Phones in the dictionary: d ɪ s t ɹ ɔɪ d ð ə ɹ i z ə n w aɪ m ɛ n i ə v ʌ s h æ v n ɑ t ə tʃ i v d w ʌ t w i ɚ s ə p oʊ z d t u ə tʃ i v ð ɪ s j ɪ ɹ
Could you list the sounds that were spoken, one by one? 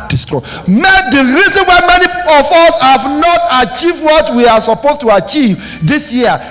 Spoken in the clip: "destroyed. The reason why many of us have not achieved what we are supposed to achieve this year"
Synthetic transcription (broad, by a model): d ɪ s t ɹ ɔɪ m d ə ɹ i z ə n w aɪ m ɛ n i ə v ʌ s h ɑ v n ɑ t ə tʃ i v d w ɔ t w i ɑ s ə p oʊ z t u ə tʃ i v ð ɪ s j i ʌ